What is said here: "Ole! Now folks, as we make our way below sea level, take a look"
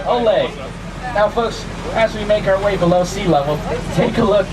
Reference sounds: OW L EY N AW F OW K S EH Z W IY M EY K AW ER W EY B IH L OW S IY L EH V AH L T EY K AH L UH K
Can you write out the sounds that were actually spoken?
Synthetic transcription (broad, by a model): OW L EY N AW F OW K S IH Z W IY M EY K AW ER W EY B IH L OW S IY L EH W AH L T EY K AH L UH K